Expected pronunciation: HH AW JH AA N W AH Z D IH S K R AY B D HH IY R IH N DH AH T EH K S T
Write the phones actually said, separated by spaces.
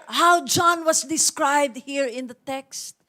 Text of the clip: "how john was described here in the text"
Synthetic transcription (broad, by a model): HH AW JH AA N W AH S D IH S K R AY B D HH IY R IH N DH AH T EH K S T